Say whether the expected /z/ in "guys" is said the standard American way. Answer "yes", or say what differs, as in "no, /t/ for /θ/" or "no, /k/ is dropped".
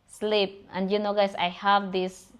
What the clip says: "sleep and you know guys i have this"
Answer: no, /s/ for /z/